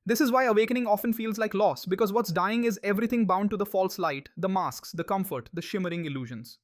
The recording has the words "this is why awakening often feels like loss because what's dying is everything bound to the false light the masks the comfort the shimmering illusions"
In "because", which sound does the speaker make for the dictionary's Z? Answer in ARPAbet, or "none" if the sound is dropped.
Z